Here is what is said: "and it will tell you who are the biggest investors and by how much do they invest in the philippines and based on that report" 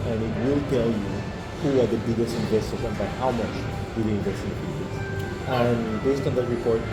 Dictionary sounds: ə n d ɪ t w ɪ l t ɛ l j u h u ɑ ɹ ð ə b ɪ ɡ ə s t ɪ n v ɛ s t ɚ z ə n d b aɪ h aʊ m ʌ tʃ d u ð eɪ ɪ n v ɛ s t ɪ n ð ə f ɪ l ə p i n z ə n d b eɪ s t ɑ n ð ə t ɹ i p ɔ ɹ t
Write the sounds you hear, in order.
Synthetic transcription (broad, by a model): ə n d ɪ t w ɪ l t ɛ l j u h u ɑ ɹ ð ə b ɪ ɡ ə s t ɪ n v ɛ s t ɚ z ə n b aɪ h aʊ m ʌ tʃ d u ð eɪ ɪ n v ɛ s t ɪ n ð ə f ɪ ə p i z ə n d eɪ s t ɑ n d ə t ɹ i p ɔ ɹ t